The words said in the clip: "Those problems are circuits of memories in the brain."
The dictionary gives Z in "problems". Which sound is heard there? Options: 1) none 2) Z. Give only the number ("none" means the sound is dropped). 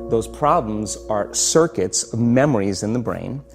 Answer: 2